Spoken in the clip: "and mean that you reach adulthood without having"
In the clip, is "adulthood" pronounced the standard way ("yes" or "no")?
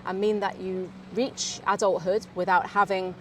yes